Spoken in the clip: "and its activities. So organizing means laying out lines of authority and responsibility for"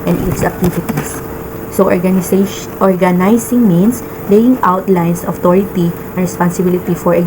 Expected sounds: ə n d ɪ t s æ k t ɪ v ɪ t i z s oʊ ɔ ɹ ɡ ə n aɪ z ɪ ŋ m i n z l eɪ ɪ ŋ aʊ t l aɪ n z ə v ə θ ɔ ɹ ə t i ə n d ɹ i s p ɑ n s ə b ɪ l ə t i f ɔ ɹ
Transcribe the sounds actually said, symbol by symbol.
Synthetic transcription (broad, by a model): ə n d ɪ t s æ k t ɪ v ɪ t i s s oʊ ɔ ɹ ɡ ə n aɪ s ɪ ŋ m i n s l eɪ ɪ ŋ aʊ t l aɪ n s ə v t ɔ ɹ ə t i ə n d ɹ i s p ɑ n s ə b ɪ l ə t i f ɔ ɹ